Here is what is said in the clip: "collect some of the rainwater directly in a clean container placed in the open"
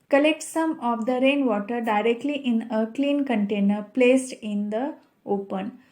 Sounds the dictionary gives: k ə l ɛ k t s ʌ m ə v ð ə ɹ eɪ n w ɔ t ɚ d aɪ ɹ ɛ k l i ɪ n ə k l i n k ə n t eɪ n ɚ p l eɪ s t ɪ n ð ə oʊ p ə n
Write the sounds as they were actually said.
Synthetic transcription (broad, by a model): k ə l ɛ k t s ʌ m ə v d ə ɹ eɪ n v ɔ t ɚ d aɪ ɹ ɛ k l i ɪ n ə k l i n k ə n t eɪ n ɚ p l eɪ s t ɪ n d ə oʊ p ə n